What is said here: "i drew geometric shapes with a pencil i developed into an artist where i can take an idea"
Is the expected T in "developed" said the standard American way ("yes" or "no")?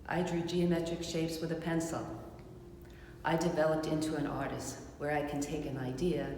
yes